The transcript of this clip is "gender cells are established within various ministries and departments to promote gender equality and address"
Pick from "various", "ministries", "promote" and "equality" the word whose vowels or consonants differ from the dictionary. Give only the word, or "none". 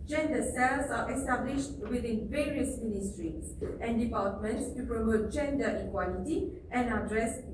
ministries